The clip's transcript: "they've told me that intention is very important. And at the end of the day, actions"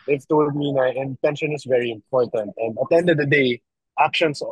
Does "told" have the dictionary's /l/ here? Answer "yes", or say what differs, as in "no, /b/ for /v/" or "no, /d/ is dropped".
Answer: no, /w/ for /l/